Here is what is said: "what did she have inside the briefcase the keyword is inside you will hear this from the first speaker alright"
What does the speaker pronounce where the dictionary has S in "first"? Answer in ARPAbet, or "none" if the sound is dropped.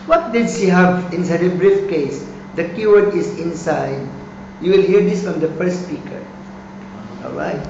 none